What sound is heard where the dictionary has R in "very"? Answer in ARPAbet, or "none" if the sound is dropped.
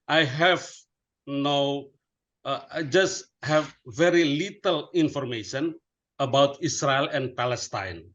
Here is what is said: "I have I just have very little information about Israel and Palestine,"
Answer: R